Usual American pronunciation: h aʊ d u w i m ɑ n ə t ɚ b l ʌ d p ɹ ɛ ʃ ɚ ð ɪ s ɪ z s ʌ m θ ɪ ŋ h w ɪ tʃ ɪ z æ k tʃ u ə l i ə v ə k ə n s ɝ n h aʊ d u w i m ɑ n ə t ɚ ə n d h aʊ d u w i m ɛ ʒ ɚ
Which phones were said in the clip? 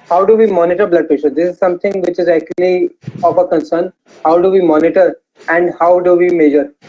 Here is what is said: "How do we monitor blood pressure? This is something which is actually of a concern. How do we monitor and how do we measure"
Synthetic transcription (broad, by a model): h aʊ d u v i m ɑ n ə t ɚ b l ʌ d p ɛ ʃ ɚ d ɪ s ɪ z s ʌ m t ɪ ŋ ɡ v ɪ tʃ ɪ z æ k tʃ u ə l i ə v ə k ə n s ɝ n h aʊ d u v i m ɑ n ə t ɚ ə n d h aʊ d u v i m ɛ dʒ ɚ